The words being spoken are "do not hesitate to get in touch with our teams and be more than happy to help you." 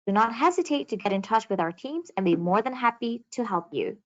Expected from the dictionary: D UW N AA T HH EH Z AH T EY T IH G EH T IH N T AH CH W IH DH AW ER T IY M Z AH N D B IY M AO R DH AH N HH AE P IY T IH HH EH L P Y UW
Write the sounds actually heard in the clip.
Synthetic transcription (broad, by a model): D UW N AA T HH EH Z AH T EY T IH G EH T IH N T AH CH W IH DH AW ER T IY M Z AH N B IY M AO R DH AH N HH AE P IY T IH HH EH L P Y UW